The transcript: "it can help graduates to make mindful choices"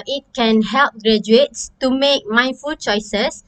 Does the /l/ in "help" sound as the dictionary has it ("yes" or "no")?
yes